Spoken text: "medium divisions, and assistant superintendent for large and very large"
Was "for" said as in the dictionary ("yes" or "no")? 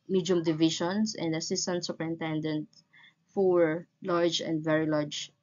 no